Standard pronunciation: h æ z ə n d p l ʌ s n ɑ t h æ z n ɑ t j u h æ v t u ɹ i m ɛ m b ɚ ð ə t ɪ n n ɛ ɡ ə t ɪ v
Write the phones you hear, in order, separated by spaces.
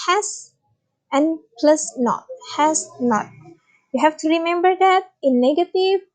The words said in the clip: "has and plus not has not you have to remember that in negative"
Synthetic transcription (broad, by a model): h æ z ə n p l ʌ s n ɑ t h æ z n ɑ t j u h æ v t u ɹ i m ɛ m b ɚ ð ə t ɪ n n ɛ ɡ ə t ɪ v